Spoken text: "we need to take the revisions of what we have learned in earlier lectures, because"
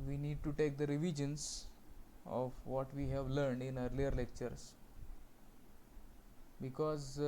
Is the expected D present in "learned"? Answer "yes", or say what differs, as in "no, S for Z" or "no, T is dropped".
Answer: yes